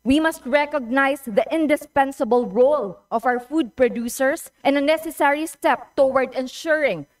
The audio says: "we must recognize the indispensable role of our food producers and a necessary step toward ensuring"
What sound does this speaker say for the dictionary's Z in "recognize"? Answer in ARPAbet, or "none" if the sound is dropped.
S